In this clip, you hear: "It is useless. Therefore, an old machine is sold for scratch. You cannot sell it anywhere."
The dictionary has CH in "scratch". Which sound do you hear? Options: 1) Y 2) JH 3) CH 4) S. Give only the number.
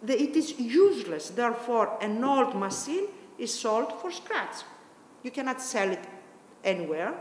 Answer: 4